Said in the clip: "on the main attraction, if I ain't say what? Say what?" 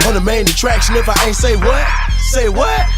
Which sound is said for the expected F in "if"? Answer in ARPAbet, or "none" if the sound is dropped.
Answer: F